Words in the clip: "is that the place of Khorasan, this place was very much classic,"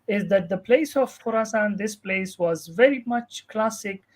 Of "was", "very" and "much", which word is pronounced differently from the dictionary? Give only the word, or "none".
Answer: none